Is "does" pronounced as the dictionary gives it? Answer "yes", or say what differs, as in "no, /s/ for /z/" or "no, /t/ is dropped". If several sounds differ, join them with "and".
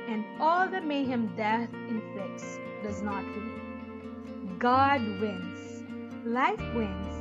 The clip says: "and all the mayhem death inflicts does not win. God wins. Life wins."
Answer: yes